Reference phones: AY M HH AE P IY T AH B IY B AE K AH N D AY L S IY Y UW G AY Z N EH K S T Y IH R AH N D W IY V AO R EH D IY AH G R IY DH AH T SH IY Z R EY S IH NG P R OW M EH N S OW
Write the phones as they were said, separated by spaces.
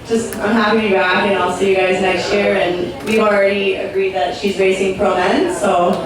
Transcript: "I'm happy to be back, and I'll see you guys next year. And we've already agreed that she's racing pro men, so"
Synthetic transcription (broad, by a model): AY M HH AE P IY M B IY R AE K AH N AY L S IY Y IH G AY Z N EH K S T Y IH R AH N W IY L R EH D IY AH G R IY DH AH T SH IY Z R EY S IH NG P R OW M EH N S OW